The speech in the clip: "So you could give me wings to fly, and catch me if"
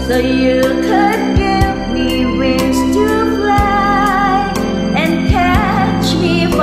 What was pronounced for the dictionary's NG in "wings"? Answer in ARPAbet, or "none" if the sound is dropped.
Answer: none